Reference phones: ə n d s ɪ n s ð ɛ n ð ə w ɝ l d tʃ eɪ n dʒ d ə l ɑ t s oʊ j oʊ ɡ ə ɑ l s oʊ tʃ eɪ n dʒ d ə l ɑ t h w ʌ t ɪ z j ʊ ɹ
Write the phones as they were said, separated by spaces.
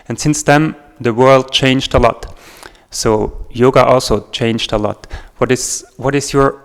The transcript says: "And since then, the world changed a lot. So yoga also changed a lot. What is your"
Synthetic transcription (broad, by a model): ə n s ɪ n s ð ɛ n ð ə w ɝ l d tʃ eɪ n dʒ d ə l ɑ t s oʊ j oʊ ɡ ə ɑ l s oʊ tʃ eɪ n dʒ d ə l ɑ t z w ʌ t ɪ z j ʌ ɹ